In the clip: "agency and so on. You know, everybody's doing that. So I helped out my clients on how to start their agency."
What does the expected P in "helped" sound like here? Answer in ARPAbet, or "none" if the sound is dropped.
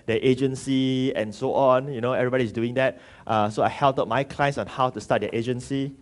none